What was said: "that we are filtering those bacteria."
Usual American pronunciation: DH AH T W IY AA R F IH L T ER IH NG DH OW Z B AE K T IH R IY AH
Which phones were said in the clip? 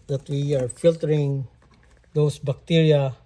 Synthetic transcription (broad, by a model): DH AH T W IY AA R F IH L T ER IH NG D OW S B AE K T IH R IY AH